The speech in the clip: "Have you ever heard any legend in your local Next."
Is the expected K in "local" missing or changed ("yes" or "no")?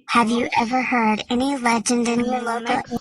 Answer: yes